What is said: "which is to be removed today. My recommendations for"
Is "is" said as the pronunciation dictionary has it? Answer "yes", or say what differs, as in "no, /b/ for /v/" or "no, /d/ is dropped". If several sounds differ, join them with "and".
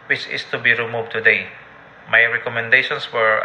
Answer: no, /s/ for /z/